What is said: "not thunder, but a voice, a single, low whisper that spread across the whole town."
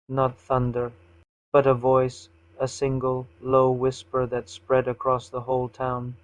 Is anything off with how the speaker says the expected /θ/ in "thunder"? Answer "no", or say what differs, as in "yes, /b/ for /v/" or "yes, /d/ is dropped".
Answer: no